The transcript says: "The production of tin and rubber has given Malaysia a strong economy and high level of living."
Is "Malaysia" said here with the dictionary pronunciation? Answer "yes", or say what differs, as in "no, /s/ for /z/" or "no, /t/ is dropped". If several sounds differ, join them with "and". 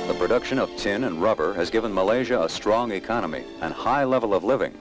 yes